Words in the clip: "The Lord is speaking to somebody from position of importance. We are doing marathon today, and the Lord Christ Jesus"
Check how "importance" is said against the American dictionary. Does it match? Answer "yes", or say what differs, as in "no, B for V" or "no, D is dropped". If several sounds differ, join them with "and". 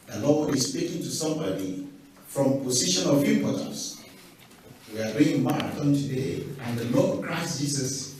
no, P is dropped